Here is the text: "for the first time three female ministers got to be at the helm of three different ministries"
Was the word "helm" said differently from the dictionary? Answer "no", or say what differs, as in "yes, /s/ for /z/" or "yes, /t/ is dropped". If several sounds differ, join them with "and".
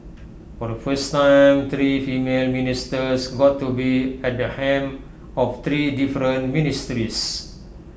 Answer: yes, /l/ is dropped